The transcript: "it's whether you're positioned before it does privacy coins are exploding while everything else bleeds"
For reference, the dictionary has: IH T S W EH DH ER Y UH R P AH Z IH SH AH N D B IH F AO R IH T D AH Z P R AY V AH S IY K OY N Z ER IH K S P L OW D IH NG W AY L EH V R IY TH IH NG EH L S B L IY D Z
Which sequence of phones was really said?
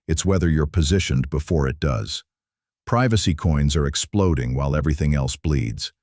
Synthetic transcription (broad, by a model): IH T S W EH DH ER Y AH R P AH Z IH SH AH N B IH F AO R IH T D AH Z P R AY V AH S IY K OY N Z ER IH K S P L OW D IH NG W AY L EH V R IY TH IH NG EH L S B L IY D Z